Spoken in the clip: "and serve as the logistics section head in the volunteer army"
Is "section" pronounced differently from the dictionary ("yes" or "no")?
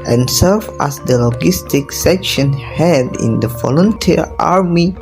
no